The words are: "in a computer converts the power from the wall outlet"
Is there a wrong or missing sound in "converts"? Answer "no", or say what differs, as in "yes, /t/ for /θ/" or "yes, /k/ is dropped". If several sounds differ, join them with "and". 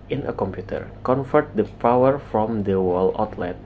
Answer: yes, /f/ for /v/